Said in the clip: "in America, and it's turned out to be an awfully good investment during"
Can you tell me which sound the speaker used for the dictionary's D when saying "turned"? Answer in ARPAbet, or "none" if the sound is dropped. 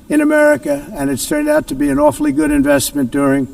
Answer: D